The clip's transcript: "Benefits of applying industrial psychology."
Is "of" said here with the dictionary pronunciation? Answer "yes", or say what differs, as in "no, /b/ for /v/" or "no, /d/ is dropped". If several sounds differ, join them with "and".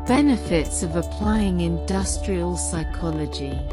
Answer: yes